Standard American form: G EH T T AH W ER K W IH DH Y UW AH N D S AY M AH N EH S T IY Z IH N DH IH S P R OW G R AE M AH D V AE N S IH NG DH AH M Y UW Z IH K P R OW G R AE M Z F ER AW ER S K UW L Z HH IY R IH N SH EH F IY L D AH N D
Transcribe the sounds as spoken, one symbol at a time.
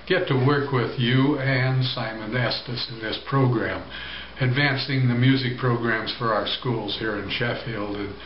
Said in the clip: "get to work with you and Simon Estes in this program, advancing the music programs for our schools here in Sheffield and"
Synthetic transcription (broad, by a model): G EH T T AH W ER K W IH DH Y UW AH N S AY M AH N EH S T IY S IH N DH IH S P R OW G R AE M AH D V AE N S IH NG DH AH M Y UW Z IH K P R OW G R AE M Z F ER AW ER S K UW L Z HH IY R IH N SH EH F IY L D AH N